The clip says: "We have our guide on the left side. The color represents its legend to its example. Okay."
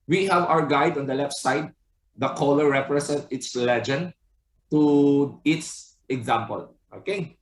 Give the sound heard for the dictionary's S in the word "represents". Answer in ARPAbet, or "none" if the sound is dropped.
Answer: none